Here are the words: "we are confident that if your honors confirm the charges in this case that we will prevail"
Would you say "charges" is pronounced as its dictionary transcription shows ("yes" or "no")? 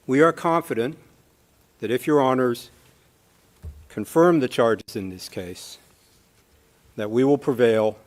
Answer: yes